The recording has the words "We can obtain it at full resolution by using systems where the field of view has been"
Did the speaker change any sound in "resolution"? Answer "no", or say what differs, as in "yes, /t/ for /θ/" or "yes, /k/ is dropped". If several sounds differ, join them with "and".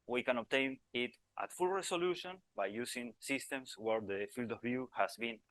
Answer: yes, /s/ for /z/